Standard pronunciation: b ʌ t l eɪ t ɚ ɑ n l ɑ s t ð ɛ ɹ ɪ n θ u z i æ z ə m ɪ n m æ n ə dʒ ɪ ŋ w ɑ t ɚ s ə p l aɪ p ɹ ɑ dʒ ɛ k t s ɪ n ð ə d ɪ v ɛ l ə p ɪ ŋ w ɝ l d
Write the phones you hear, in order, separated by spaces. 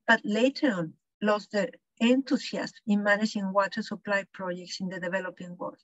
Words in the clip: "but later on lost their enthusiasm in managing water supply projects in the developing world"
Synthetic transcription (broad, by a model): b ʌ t l eɪ t ɚ ɑ n l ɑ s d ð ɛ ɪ n t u s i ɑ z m ɪ n m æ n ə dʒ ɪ ŋ w ɑ t ɚ s ə p l aɪ p ɹ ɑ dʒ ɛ k t s ɪ n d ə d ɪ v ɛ l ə p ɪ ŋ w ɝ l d